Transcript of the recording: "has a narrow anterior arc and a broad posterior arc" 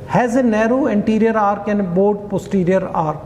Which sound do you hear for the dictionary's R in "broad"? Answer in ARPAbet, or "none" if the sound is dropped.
none